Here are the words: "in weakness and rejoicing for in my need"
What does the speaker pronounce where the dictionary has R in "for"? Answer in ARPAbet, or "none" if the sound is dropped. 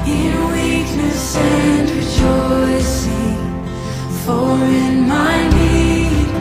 L